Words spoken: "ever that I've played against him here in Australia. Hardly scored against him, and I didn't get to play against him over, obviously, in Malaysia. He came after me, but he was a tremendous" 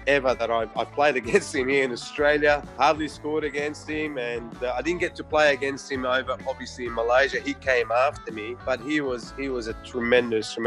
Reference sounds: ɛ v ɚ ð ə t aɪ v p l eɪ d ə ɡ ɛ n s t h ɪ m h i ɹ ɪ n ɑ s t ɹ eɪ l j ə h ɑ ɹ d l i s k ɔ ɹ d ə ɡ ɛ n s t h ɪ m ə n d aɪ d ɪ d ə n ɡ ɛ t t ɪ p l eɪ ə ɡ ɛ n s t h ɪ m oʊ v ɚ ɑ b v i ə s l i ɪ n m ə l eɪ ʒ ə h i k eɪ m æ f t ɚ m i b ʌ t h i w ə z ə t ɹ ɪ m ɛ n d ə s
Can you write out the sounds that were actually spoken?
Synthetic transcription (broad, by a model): ɛ v ɚ ð ə t aɪ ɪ p l eɪ d ə ɡ ɛ n s t h ɪ m h i ɹ ɪ n ɑ s t ɹ eɪ l j ə h ɑ ɹ d l i s k ɔ ɹ d ə ɡ ɛ n s t h ɪ m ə n aɪ d ɪ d n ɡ ɛ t t ɪ p l eɪ ə ɡ ɛ n s t h ɪ m oʊ v ɚ ɑ b v i ə s l i ɪ n m ə l eɪ ʒ ə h i k eɪ m æ f t ɚ m i b ʌ t h i w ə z ə t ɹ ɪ m ɛ n d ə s